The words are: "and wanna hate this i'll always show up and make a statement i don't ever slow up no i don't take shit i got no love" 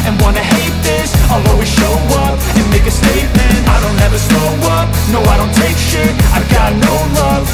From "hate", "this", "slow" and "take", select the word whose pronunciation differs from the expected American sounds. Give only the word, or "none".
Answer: slow